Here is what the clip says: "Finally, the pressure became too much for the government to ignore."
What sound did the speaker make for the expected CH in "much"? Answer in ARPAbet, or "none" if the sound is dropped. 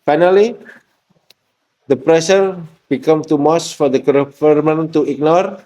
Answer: S